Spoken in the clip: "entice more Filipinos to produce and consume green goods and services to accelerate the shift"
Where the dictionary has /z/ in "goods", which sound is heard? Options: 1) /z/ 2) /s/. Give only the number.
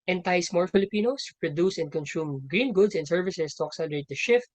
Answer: 2